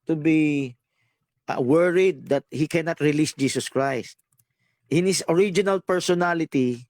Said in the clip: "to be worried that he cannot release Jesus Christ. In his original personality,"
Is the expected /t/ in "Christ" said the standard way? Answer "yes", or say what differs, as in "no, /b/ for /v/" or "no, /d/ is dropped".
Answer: yes